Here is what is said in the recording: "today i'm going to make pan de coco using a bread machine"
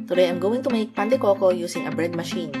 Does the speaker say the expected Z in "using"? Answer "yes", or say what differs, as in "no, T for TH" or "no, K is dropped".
no, S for Z